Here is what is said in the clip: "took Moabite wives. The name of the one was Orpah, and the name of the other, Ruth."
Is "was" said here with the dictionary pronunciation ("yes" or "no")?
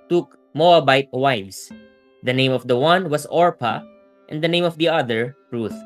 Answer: no